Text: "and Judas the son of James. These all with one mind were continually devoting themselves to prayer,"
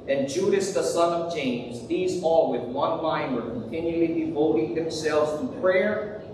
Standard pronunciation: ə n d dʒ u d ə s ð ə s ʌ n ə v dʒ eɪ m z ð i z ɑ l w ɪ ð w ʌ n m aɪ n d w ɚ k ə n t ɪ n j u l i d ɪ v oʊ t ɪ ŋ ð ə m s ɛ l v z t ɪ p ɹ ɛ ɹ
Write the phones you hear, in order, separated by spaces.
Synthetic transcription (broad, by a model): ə n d dʒ u d ə s ð ə s ʌ n ə v dʒ eɪ m z ð i z ɑ l w ɪ ð w ʌ n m aɪ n w ɚ k ə n t ɪ n j u l i d ɪ v oʊ t ɪ ŋ ð ə m s ɛ l v z t ɪ p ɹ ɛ ɹ